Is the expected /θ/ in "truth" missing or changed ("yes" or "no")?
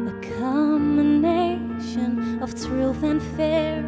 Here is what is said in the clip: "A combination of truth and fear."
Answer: no